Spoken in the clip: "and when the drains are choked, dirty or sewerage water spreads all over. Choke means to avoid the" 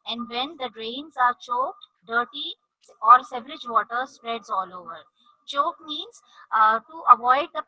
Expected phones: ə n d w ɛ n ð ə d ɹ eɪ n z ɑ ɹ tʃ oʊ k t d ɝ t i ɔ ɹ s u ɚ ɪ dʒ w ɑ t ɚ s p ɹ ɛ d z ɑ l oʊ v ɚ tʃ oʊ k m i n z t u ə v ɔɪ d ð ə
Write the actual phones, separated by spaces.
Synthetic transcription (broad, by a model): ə n d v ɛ n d ə d ɹ eɪ n z ɑ ɹ tʃ oʊ k t d ɝ t i ɔ ɹ s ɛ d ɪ dʒ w ɑ t ɚ s p ɹ ɛ d z ɑ l oʊ v ɚ tʃ oʊ k m i n z t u ə v ɔɪ d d ə